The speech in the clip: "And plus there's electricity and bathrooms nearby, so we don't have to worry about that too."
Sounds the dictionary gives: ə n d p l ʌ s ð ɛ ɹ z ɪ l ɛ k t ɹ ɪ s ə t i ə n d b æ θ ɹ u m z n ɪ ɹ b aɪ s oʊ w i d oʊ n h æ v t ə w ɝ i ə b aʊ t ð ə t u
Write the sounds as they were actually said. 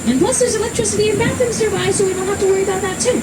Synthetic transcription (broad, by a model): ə n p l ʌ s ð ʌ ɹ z ɪ l ɛ k t ɹ ɪ s ə t i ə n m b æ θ ɪ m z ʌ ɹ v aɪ s oʊ w i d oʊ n h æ f t ə w ɝ i ə b aʊ t ð ə t u